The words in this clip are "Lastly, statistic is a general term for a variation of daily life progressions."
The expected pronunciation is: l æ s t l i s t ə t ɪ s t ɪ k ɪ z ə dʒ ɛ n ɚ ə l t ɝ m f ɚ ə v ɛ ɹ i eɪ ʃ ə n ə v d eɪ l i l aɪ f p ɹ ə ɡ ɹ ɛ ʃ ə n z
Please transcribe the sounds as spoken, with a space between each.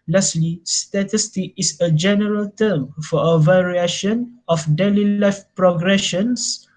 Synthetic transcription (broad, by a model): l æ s l i s t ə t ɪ s t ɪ k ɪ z ə dʒ ɛ n ɚ ə l t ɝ m f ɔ ə v ɛ ɹ i eɪ ʃ ə n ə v d eɪ l i l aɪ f p ɹ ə ɡ ɹ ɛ ʃ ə n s